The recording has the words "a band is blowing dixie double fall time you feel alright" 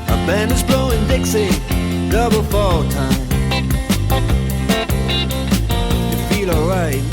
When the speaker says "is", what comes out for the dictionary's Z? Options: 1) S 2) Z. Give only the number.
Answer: 2